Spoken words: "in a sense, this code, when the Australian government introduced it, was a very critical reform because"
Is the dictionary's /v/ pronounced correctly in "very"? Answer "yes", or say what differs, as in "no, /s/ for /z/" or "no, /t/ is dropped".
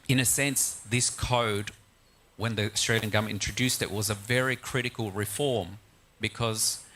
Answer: yes